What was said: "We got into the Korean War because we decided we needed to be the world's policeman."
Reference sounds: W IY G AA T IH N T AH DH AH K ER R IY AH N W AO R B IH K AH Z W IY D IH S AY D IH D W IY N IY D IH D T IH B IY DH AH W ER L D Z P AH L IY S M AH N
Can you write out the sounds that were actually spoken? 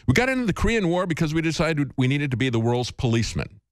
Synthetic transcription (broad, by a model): W IY G AA T IH N T AH DH AH K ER R IY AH N W AO R B IH K AH Z W IY D IH S AY D IH D W IY N IY D IH D T IH B IY DH AH W ER L D Z P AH L IY S M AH N